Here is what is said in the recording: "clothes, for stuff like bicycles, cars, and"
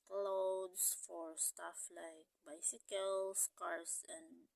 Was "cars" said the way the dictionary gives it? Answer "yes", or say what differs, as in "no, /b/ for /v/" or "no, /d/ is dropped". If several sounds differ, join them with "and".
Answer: no, /s/ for /z/